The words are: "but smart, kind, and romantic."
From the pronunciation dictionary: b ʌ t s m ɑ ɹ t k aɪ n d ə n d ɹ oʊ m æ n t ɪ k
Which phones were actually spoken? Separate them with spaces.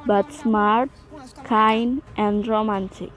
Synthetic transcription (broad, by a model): b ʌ t s m ɑ ɹ t k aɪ n ə n d ɹ oʊ m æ n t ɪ k